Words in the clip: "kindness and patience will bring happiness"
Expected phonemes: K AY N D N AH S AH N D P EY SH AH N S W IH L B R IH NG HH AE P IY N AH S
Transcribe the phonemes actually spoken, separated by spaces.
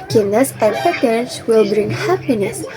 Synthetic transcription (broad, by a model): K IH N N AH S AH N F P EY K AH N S W IH L B R IH NG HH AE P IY N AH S